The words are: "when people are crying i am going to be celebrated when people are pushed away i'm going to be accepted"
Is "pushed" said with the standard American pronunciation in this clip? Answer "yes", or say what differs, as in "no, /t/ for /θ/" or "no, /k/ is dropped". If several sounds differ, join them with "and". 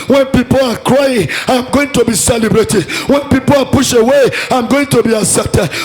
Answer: no, /t/ is dropped